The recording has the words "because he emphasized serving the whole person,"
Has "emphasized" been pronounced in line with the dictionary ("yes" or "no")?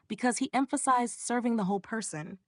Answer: yes